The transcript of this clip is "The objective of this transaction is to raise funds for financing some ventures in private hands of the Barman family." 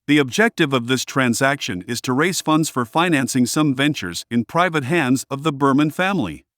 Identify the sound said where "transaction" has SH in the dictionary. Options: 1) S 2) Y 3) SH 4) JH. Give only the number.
3